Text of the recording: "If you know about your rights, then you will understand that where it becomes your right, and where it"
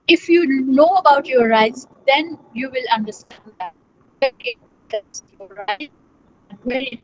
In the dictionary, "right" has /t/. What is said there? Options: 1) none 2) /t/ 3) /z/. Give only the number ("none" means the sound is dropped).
1